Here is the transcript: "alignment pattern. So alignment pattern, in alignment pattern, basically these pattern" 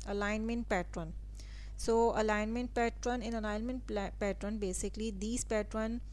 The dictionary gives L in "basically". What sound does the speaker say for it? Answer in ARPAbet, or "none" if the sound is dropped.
L